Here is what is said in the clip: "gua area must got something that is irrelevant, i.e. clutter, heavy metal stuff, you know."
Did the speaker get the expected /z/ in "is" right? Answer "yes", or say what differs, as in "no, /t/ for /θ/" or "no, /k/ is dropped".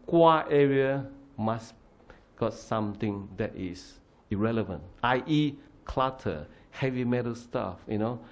no, /s/ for /z/